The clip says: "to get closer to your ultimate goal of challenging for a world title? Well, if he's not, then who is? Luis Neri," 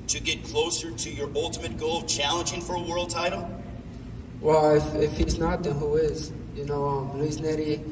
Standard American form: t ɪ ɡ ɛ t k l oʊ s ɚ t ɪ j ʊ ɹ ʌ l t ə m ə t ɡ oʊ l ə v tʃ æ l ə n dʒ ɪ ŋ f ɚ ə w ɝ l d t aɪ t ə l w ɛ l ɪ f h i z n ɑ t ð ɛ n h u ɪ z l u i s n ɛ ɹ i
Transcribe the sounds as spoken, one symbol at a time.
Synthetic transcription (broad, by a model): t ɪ ɡ ɛ t k l oʊ s ɚ t ɪ j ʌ ɹ ʌ l t ə m ə t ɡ oʊ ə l tʃ æ l ə n dʒ ɪ ŋ f ɚ ə w ɝ l d t aɪ t l w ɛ l ɪ f h i z n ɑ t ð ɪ h u ɪ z n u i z n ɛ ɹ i